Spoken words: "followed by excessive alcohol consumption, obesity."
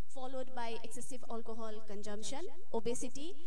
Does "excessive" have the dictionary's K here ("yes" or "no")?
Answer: yes